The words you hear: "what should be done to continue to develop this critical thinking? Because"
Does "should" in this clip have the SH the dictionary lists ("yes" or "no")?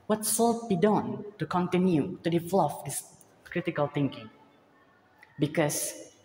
no